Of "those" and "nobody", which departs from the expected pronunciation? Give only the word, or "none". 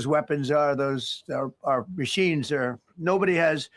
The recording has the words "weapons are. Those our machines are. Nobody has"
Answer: none